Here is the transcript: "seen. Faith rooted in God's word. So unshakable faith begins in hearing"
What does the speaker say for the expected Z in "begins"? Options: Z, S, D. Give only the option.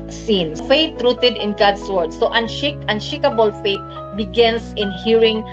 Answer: S